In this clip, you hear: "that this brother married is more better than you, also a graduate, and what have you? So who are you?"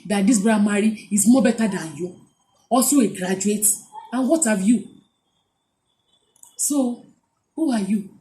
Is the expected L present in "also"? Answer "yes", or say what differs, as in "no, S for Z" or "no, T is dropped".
no, L is dropped